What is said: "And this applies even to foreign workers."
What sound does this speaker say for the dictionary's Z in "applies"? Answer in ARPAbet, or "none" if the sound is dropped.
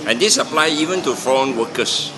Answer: none